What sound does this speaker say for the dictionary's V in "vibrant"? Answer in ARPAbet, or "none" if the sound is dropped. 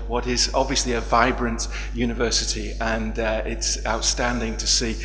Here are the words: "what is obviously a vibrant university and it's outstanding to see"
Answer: V